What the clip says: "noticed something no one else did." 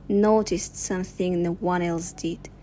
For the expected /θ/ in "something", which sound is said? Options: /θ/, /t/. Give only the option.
/θ/